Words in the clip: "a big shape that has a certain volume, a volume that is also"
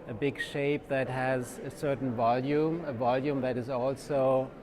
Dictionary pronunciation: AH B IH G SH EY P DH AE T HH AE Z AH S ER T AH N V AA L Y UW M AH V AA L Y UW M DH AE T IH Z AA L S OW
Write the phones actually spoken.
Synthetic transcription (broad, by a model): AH B IH G SH EY P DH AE T HH AE Z AH S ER T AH N V AA L Y UW M AH V AA L Y UW M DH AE T IH Z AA L S OW